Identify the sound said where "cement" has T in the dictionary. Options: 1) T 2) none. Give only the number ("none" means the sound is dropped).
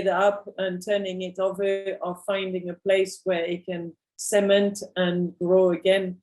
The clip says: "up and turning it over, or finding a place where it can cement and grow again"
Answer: 1